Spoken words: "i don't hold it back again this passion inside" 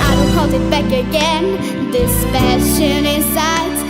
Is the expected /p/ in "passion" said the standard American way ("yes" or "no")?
no